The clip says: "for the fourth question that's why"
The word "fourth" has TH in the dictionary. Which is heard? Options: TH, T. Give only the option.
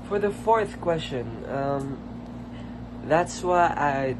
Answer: TH